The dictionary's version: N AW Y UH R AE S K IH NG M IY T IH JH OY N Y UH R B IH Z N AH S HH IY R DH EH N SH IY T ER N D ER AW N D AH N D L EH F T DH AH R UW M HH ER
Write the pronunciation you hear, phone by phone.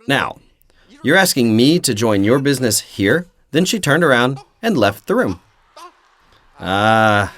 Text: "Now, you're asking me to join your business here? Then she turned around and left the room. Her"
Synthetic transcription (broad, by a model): N AW Y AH R AE S K IH NG M IY T IH JH OY N Y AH R B IH Z N AH S HH IY R DH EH N SH IY T ER N D ER AW N D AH N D L EH F T DH AH R UW M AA